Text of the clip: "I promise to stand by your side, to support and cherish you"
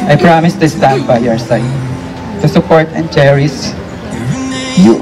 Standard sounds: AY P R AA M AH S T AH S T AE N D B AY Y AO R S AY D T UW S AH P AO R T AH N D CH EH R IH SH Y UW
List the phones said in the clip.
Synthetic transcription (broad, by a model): AY P R AA M AH S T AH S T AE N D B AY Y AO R S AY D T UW S AH P AO R T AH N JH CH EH R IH S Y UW